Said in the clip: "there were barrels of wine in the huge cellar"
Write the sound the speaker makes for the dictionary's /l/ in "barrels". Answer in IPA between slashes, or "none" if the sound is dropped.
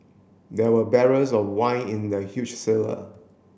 none